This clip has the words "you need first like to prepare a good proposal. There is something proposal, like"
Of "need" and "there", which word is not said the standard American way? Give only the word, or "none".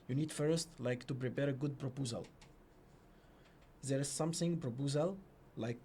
none